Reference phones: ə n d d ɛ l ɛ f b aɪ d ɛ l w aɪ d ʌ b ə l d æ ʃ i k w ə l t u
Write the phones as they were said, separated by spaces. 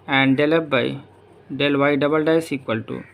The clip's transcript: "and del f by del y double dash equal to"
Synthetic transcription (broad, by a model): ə n d d ɛ l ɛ p b aɪ d ɛ l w aɪ d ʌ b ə l d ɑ s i k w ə l t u